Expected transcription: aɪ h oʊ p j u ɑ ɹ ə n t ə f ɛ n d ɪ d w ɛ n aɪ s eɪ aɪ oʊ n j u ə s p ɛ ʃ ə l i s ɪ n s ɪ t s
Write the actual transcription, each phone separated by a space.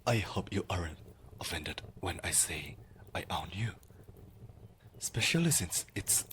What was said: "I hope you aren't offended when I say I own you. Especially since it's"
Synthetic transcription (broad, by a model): aɪ h oʊ p j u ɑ ɹ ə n ə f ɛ n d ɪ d w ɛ n aɪ s eɪ aɪ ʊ n j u ə s p ɛ ʃ ə l i s ɪ n s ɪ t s